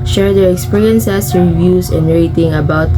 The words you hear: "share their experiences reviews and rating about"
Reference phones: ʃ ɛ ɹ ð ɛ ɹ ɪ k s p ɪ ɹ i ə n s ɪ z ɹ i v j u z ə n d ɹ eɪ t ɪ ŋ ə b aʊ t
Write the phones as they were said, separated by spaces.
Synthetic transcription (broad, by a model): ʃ ɛ ɹ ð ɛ ɹ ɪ k s p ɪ ɹ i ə n s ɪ s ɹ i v j u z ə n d ɹ eɪ t ɪ ŋ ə b aʊ t